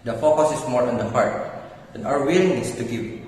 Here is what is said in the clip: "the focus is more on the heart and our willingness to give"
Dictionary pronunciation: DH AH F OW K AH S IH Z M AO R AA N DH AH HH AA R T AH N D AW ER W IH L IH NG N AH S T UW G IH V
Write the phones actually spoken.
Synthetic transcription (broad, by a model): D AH F OW K AH S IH S M AO R AA N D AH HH AA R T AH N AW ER W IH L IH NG AH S T UW G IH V